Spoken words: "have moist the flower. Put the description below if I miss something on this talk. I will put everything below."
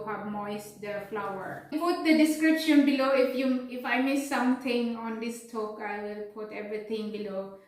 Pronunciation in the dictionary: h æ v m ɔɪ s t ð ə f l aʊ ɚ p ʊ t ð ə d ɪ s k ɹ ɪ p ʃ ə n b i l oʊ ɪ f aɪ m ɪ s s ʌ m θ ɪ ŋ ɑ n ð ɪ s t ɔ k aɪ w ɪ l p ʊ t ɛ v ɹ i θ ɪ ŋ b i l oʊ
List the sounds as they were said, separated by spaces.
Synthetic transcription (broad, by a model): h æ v m ɔɪ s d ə f l aʊ ɚ p ʊ t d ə d ɪ s k ɹ ɪ p ʃ ə n b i l oʊ ɪ f aɪ m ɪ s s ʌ m t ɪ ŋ ɑ n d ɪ s t ɔ k aɪ w ɪ l p ʊ t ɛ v ɹ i t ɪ ŋ b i l oʊ